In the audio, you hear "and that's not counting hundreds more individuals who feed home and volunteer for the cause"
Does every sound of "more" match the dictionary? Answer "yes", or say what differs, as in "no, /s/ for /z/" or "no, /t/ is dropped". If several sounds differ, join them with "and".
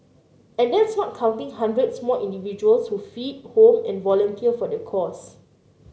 no, /l/ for /ɹ/